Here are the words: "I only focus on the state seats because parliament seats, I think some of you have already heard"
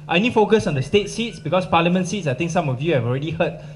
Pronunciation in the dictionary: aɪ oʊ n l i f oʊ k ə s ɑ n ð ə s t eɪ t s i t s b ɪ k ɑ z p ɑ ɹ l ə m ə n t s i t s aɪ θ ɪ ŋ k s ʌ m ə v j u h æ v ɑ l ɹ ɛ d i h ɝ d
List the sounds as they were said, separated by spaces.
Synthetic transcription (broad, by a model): aɪ n i f oʊ k ə s ɑ n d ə s t eɪ t s i t s b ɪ k ɑ s p ɑ l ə m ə n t s i t s aɪ t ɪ ŋ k s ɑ m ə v j u h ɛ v ɑ l ɹ ɛ d i h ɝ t